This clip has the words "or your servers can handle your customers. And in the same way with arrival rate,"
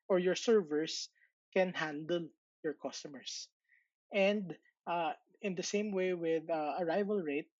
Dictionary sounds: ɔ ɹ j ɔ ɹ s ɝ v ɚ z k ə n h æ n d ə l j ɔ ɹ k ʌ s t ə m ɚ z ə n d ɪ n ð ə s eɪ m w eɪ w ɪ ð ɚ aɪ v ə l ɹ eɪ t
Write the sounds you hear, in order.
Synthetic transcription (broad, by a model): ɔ ɹ j ɔ ɹ s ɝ v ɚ s k ə n h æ n d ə l j ɔ ɹ k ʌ s t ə m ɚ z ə n d ɪ n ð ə s eɪ m w eɪ w ɪ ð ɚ aɪ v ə l ɹ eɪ t